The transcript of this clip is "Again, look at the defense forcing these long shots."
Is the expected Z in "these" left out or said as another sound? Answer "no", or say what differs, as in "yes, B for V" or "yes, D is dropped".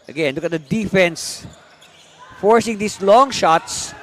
yes, S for Z